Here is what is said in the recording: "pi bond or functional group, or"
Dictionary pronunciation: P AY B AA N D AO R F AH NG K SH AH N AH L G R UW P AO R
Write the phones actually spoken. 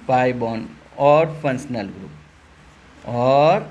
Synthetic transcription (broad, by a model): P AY B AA N AO R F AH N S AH N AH L G R UW P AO R